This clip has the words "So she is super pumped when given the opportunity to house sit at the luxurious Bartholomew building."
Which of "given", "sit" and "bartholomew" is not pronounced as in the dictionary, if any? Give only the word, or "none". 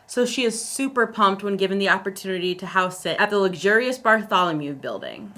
none